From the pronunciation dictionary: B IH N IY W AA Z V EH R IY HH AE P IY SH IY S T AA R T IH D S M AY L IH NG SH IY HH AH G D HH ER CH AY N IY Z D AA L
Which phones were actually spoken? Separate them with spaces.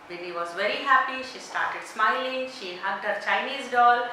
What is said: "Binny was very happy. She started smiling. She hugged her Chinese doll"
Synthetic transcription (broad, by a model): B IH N IY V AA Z V EH R IY HH AE P IY SH IY S T AA R T IH D S M AY L IH NG SH IY HH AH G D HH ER CH AY N IY Z D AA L